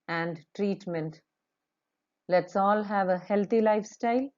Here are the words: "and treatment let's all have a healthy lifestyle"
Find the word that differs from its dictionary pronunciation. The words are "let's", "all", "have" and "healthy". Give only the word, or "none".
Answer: healthy